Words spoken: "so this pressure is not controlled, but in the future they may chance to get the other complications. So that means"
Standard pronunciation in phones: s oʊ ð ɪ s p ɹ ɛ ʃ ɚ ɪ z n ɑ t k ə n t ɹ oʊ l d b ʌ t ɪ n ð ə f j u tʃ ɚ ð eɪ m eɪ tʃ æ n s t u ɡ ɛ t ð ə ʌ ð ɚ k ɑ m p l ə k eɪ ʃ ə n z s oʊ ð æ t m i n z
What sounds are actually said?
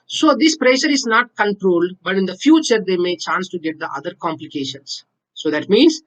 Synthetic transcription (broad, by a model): s oʊ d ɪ s p ɹ ɛ ʃ ɚ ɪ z n ɑ t k ə n t ɹ oʊ l d b ʌ t ɪ n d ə f j u tʃ ɚ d eɪ m eɪ tʃ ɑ n s t u ɡ ɛ t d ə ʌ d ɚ k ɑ m p l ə k eɪ ʃ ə n s oʊ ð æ t m i n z